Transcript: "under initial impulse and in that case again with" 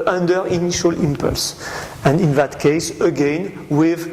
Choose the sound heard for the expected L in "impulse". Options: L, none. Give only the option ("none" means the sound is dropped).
L